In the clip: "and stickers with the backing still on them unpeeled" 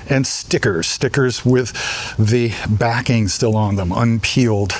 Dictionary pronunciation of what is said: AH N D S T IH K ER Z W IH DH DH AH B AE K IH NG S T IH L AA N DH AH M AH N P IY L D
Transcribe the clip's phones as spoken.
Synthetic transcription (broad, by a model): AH N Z S T IH K ER Z W IH DH DH AH B AE K IH NG S T IH L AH N DH AH M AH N P IY L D